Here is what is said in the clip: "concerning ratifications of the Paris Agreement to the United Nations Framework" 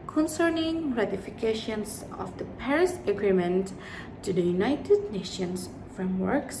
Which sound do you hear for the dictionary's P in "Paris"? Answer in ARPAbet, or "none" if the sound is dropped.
P